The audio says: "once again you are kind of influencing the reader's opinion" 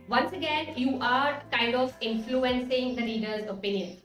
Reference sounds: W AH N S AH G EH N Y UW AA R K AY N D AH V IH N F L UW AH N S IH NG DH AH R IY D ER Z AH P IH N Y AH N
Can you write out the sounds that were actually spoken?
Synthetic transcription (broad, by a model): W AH N S AH G EH N Y UW AA R K AY N D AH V IH N F L UW AH N S IH NG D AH L IY D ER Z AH P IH N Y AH N